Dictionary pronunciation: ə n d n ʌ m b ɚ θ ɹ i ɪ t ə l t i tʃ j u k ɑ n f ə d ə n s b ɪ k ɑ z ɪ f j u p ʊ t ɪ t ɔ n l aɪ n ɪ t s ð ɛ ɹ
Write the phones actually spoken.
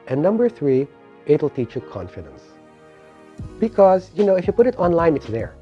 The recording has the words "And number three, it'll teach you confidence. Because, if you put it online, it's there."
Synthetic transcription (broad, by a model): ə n n ʌ m b ɚ θ ɹ i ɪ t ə l t i tʃ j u k ɑ n f ə d ə n s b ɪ k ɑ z ɪ f j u p ʊ t ɪ t ɔ n l aɪ n ɪ t s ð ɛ ɹ